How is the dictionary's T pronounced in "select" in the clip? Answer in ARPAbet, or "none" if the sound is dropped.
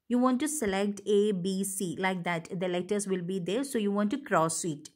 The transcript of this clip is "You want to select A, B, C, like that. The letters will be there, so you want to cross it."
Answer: T